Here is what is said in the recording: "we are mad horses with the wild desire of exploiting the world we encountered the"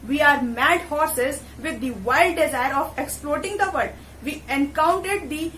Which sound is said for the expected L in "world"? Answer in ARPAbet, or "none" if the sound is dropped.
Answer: none